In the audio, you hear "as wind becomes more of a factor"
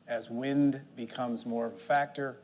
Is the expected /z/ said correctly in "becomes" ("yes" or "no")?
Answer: yes